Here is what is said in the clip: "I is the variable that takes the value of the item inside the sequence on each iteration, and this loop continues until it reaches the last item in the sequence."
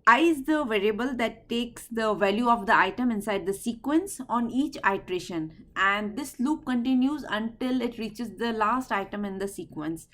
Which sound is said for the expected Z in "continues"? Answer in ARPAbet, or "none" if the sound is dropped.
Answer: Z